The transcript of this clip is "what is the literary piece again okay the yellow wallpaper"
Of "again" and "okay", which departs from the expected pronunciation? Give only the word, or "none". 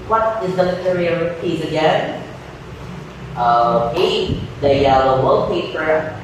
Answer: okay